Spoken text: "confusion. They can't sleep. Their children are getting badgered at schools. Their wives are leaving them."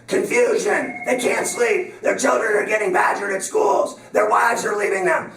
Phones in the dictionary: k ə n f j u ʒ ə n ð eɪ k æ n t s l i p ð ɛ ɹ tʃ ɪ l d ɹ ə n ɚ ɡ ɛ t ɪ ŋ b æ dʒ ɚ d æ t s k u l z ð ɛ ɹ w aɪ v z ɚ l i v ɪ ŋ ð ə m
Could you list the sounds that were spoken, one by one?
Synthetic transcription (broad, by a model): k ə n f j u ʒ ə n ð eɪ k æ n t s l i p ð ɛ ɹ tʃ ɪ l d ɹ ə n ɚ ɡ ɛ t ɪ ŋ b æ dʒ ɚ d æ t s k u l z ð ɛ ɹ w aɪ v z ɚ l i v ɪ ŋ ð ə m